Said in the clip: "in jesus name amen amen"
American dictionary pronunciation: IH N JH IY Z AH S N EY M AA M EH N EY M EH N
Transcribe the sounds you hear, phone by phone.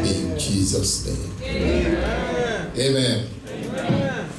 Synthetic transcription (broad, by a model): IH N JH IY Z AH S N EY AA M EY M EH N